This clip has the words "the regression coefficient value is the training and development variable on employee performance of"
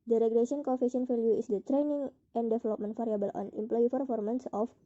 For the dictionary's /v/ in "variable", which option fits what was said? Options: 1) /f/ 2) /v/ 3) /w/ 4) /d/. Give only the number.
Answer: 1